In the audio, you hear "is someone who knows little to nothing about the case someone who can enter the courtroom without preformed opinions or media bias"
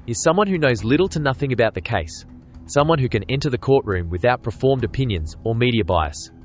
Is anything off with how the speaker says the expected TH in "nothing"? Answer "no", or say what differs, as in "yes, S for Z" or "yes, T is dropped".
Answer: no